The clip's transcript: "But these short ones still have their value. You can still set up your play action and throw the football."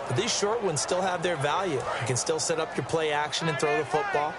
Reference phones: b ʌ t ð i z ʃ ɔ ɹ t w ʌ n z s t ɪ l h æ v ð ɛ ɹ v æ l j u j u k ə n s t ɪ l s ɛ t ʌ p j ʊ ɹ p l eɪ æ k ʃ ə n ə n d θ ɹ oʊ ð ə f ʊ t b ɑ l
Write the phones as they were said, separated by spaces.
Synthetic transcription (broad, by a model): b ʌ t ð i z ʃ ɔ ɹ t w ʌ n z s t ɪ l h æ v ð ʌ ɹ v æ l j u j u k ə n s t ɪ l s ɛ t ʌ p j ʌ ɹ p l eɪ æ k ʃ ə n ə n θ ɹ oʊ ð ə f ʊ t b ɑ l